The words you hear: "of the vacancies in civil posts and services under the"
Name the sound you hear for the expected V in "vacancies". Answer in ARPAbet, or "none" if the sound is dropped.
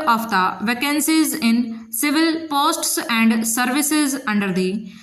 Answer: V